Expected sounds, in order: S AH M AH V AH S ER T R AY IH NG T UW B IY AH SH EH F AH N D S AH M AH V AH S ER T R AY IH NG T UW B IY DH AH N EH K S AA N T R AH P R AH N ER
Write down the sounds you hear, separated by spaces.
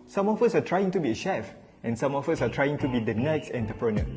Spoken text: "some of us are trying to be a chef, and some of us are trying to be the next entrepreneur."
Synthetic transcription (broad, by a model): S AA M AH F AH S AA T R AY IH NG T UW B IY AH SH EH F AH N S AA M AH F AH S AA T R AY IH NG T UW B IY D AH N EH K S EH N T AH P R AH N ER